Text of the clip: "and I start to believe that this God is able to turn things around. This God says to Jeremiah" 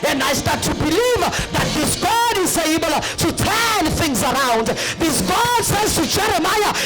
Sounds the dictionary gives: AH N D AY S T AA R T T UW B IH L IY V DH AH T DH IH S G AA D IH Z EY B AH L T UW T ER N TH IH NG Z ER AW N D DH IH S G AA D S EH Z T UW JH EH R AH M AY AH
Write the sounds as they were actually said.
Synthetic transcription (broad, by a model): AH N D AY S T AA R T T UW B IH L IY V DH AH T DH IH S G AA D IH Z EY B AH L T UW T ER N TH IH NG Z ER AW N D DH IH S G AA D S EH Z T UW JH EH R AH M AY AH